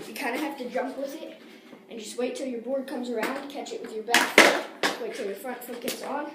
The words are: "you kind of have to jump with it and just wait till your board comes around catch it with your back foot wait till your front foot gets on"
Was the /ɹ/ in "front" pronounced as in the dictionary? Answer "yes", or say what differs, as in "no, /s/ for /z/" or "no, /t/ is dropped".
yes